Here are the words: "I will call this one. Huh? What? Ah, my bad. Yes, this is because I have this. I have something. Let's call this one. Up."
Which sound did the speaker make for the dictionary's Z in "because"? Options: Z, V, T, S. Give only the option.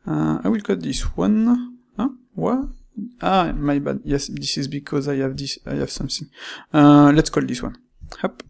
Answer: Z